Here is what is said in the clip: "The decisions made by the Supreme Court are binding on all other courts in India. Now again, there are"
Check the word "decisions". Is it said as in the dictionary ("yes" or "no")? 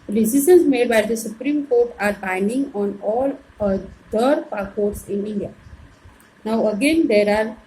no